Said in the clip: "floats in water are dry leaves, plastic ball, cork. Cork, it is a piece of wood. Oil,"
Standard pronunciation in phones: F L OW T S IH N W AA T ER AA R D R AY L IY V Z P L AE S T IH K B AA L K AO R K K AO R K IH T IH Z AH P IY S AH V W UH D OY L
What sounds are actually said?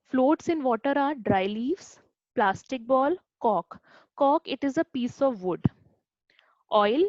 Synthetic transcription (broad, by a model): F L OW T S IH N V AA T ER AA R D R AY L IY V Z P L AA S T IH K B AA L K AO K K AO K IH T IH Z AH P IY S AH V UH D OY L